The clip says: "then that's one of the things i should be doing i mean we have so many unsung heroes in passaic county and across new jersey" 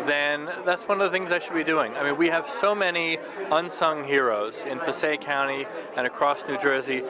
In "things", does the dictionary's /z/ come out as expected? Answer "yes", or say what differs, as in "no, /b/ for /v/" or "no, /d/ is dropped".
yes